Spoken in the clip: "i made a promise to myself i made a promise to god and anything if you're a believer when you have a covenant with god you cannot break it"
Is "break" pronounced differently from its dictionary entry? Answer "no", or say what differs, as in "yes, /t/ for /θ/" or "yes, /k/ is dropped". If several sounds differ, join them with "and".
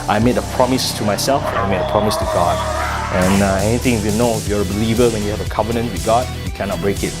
no